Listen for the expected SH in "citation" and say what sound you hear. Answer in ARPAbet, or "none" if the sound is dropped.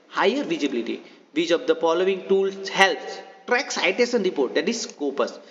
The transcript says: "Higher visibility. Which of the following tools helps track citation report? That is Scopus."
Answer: S